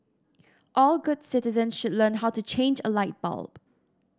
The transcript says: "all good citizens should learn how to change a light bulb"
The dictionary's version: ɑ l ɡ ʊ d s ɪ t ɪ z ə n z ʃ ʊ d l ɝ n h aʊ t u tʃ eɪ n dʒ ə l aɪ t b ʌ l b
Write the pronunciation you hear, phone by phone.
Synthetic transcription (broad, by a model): ɑ l ɡ ʊ d s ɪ t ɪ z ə n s ʃ ʊ d l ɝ n h aʊ t u tʃ eɪ n dʒ ə l aɪ t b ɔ l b